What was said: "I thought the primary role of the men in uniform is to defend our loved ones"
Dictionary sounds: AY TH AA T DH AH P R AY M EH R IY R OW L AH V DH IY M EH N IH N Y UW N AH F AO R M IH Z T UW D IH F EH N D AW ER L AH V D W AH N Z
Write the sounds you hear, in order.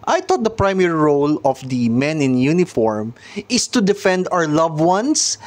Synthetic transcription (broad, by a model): AY T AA T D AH P R AY M EH R IY R OW L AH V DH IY M EH N IH N Y UW N AH F AO R M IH S T UW D IH F EH N D AW ER L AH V W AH N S